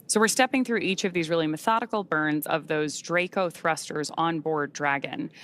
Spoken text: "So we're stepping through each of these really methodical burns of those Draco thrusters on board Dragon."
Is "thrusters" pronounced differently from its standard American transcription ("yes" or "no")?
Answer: no